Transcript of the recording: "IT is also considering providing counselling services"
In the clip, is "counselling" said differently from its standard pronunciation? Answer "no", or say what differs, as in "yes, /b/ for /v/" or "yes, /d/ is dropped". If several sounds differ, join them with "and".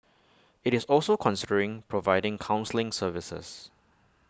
no